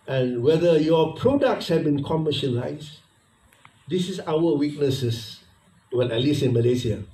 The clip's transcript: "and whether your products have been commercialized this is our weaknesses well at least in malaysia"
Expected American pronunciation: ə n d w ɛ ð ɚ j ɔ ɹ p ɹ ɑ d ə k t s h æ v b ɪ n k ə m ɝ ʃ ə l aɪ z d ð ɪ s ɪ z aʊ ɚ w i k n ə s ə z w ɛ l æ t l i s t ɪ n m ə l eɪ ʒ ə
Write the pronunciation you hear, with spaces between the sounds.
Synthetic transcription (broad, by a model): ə n w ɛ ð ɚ j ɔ p ɹ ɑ d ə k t s h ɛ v b ɪ n k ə m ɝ ʃ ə l aɪ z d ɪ s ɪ s aʊ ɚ w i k n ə s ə s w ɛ n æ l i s ɪ n m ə l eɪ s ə